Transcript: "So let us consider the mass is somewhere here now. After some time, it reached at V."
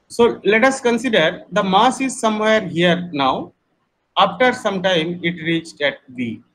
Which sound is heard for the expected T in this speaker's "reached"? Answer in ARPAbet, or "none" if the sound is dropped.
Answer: T